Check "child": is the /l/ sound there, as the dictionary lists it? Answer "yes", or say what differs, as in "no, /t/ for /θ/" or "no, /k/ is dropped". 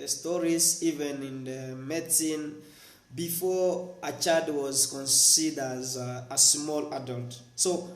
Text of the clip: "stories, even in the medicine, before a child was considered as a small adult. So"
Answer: no, /l/ is dropped